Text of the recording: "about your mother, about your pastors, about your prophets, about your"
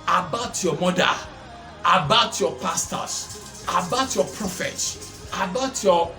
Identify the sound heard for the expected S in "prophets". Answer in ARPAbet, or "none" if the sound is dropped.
none